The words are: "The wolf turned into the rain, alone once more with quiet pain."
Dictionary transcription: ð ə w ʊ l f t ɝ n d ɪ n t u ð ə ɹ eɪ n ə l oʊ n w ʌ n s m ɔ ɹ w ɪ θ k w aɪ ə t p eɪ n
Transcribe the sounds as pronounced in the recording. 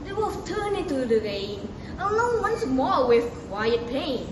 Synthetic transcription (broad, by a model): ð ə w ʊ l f t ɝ n ɪ n t u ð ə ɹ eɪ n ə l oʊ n w ʌ n s m ɔ ɹ w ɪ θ k w aɪ ə t p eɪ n